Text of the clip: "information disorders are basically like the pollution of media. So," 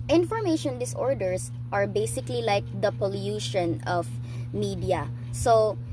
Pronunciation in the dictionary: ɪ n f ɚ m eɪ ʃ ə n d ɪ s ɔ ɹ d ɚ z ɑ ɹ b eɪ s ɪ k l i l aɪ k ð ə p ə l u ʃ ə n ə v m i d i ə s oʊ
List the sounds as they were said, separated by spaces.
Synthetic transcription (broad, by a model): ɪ n f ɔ m eɪ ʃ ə n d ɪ s ɔ ɹ d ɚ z ɑ ɹ b eɪ s ɪ k l i l aɪ k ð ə p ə l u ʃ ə n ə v m i d i ə s oʊ